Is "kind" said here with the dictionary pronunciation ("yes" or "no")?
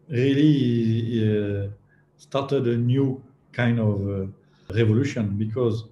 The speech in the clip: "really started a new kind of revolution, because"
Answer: yes